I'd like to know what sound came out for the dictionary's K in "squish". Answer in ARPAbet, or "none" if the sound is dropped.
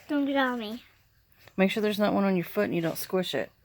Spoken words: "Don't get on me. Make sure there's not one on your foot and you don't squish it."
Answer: K